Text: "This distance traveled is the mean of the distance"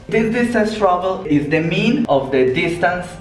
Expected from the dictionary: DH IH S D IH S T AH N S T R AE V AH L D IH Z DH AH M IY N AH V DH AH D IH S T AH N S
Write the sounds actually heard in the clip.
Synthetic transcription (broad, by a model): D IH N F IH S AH S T R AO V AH L IH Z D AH M IY N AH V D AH D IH S T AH N S